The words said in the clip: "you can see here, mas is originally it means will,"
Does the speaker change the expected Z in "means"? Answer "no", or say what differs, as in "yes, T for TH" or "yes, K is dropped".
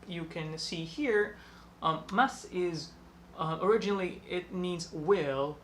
no